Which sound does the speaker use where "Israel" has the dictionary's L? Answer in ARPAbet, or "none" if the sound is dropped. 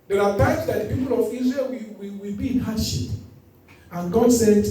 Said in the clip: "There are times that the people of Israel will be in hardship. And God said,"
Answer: W